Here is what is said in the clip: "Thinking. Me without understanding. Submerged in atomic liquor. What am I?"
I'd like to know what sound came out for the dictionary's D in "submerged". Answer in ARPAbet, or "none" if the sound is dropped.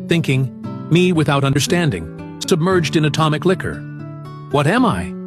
D